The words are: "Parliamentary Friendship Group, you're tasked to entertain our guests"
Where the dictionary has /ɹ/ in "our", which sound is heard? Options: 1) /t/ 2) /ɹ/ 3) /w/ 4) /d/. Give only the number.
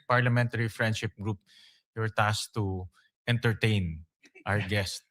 3